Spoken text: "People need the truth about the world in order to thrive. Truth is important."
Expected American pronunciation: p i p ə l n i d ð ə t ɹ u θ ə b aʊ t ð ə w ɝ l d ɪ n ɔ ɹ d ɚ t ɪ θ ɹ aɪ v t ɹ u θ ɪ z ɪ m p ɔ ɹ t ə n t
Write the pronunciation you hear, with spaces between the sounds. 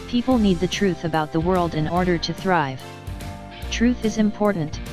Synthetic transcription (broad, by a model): p i p l n i d ð ə t ɹ u θ ə b aʊ t ð ə w ɝ l d ɪ n ɔ ɹ d ɚ t ɪ θ ɹ aɪ v t ɹ u θ ɪ z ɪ m p ɔ ɹ t n t